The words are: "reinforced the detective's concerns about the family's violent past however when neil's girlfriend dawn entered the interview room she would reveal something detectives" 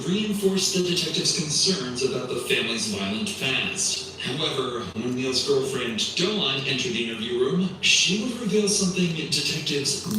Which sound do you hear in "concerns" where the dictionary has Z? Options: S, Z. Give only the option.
Z